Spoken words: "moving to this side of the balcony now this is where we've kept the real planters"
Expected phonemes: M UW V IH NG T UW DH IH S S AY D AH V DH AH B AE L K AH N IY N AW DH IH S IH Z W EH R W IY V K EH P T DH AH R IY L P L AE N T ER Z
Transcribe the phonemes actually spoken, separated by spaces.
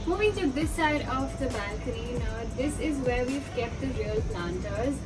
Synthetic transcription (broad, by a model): M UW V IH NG T UW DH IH S S AY D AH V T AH B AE K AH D IY N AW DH IH S IH Z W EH R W IY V K EH P T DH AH R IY L P L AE N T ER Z